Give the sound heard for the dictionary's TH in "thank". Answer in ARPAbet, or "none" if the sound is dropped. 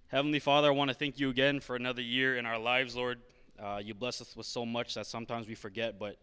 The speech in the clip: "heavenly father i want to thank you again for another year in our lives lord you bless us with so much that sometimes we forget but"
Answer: TH